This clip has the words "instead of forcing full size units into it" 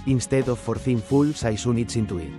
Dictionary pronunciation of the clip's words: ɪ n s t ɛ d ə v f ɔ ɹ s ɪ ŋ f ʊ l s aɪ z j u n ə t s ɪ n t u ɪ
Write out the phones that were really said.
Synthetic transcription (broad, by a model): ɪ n s t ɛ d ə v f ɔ ɹ θ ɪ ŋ f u l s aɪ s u n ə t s ɪ n t u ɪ